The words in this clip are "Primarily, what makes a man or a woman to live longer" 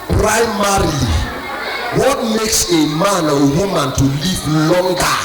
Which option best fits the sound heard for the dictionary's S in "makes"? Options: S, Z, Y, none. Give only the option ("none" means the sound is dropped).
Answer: S